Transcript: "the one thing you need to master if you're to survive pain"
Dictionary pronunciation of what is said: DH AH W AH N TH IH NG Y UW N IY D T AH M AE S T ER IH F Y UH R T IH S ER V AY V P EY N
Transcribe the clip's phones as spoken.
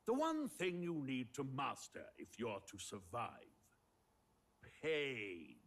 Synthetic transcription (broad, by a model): DH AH W AH N TH IH NG Y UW N IY D T AH M AE S T ER IH F Y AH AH T IH S ER V AY V P EY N